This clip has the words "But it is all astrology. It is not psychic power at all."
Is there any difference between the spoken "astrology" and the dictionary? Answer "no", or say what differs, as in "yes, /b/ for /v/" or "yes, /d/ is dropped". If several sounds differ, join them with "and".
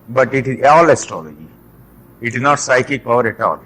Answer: no